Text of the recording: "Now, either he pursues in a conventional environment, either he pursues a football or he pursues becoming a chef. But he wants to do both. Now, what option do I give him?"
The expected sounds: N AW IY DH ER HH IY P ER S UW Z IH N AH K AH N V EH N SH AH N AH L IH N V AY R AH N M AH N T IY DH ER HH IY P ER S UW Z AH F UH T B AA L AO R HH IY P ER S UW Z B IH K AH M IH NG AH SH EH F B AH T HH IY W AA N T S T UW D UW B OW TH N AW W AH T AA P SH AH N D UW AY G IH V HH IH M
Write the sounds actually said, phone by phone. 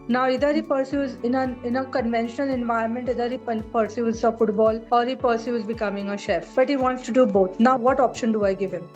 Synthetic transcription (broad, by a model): N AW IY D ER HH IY P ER S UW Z IH N AH K AH N V EH N SH AH N AH L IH N V AY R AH N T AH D T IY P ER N P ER S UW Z AH F UH T B AA L AO R HH IY P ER S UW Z B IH K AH M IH NG AH SH EH F B AH T HH IY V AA N T S T UW D UW B OW T N AW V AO T AA P SH AH N D UW AY G IH V HH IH M